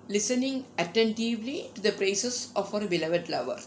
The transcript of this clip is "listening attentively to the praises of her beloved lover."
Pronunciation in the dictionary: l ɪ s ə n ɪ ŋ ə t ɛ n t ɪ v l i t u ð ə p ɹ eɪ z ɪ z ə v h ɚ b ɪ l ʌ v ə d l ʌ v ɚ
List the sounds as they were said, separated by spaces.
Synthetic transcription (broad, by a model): l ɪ s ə n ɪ ŋ ə t ɛ n t ɪ v l i t u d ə p ɹ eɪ s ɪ s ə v h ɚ b ɪ l ʌ v ə d l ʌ v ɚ